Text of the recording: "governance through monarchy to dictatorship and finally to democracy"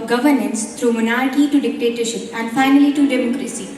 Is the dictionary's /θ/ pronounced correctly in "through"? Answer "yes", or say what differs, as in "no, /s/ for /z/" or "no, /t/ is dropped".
no, /t/ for /θ/